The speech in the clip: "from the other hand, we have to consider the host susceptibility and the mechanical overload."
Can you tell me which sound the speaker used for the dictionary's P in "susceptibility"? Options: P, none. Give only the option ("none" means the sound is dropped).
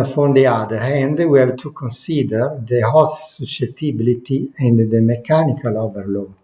none